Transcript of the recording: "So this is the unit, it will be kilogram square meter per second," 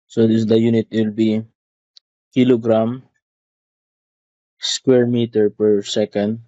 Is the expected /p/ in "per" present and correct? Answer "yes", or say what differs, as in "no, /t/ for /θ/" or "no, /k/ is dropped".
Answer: yes